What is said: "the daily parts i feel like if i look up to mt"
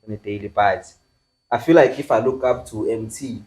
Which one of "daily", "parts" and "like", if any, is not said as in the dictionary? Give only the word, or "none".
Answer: parts